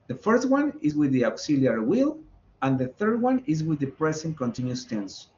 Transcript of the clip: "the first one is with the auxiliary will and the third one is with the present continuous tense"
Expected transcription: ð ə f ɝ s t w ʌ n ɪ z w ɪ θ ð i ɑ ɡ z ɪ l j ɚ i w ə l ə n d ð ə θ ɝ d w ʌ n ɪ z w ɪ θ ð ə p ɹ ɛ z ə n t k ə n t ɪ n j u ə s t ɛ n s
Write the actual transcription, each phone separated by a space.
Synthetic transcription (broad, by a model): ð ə f ɝ s t w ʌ n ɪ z w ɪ ð i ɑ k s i l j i w ə l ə n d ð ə θ ɝ d w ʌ n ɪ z w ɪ ð ə p ɹ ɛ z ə n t k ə n t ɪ n j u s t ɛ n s